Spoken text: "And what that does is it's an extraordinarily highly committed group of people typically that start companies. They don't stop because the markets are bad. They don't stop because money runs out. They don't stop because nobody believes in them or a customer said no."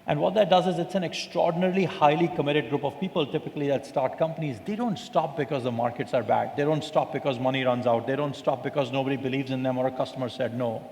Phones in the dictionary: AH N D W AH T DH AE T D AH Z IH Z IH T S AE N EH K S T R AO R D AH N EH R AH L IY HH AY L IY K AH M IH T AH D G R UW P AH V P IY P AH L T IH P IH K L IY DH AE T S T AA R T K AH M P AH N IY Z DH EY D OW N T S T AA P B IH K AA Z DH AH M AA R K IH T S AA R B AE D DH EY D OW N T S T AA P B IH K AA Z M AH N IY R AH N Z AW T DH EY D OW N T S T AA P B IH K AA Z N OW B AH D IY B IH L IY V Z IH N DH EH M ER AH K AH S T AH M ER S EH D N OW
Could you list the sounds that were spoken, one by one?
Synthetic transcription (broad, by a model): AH N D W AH T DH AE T D AH Z IH Z IH T S AE N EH K S T R AO R D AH N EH R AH L IY HH AY L IY K AH M IH T AH D G R UW P AH V P IY P AH L T IH P IH K L IY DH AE T S T AA R T K AH M P AH N IY Z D EY D OW N T S T AA P B IH K AA Z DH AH M AA R K IH T S AA R B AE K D EY D OW N T S T AA P B IH K AA Z M AH N IY R AH N Z AW T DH EY D OW N T S T AA P B IH K AA Z N OW B AH D IY B IH L IY V Z IH N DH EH M ER AH K AH S T AH M ER S EH D N OW